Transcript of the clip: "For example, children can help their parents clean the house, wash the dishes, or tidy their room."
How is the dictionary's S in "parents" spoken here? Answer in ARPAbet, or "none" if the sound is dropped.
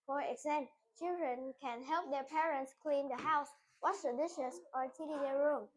S